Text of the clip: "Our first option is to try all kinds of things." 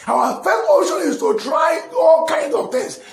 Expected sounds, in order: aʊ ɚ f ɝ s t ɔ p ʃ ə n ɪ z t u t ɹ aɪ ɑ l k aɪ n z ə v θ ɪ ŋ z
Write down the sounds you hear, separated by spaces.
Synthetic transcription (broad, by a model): aʊ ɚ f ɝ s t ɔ ʃ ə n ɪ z t u t ɹ aɪ ɑ l k aɪ n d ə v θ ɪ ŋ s